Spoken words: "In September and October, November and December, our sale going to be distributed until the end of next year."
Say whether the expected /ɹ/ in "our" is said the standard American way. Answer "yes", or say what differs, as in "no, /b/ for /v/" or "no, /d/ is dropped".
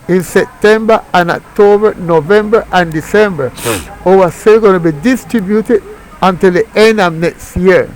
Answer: no, /w/ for /ɹ/